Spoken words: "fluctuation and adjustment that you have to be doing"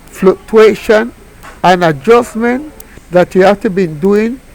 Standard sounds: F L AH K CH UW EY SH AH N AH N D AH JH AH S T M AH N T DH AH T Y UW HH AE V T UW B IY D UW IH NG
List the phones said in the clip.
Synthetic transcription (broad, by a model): F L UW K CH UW EY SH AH N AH N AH JH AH S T M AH N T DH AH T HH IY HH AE F T UW B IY D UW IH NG